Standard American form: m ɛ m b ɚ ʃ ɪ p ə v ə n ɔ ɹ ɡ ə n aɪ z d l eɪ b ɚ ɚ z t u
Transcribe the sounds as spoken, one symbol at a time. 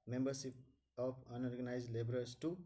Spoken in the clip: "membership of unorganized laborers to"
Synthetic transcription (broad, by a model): m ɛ m b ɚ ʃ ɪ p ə p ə n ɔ ɹ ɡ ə n aɪ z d l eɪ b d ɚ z t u